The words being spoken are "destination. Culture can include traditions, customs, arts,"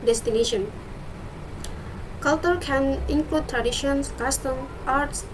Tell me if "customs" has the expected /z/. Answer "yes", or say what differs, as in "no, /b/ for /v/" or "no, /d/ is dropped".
no, /z/ is dropped